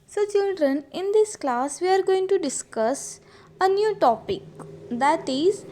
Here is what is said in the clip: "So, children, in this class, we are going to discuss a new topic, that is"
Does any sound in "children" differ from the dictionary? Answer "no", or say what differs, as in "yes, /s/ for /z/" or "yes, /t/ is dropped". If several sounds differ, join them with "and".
no